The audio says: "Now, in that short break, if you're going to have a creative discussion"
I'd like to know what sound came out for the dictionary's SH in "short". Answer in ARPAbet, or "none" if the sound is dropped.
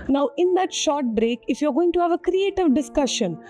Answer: SH